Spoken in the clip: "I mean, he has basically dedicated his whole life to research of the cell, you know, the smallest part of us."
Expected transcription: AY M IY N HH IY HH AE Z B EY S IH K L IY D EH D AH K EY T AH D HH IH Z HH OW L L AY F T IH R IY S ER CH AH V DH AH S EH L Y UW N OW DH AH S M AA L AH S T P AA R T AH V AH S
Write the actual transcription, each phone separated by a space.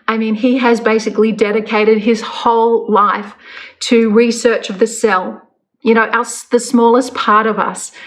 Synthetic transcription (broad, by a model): AY M IY N IY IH Z B EY S IH K L IY D EH D AH K EY T AH D IH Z HH OW L L AY F T IH R IY S ER CH AH V DH AH S EH L Y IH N OW DH AH S M AA L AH S P AA R T AH V AH S